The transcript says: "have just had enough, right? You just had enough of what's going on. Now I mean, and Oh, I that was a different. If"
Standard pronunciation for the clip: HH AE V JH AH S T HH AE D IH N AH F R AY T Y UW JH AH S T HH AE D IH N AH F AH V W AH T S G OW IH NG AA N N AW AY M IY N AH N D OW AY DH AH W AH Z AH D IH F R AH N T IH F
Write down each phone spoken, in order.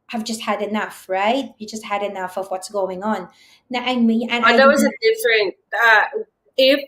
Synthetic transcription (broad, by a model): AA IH V JH AH S T HH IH D IH N AH F R AY T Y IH JH AH S T HH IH D IH N AH F AH V W AH T S G OW IH NG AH N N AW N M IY AH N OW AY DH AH W AH Z AH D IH F R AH N T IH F